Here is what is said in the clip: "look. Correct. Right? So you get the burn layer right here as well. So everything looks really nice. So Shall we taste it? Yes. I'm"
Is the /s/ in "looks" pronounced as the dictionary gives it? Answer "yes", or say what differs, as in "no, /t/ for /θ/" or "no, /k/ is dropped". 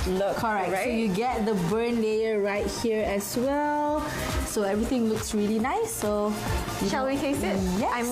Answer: yes